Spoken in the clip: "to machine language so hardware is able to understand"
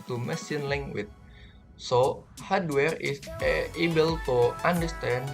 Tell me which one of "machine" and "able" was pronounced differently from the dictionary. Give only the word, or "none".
machine